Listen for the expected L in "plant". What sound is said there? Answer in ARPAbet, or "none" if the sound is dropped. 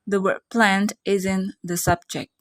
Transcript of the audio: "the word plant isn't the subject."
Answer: L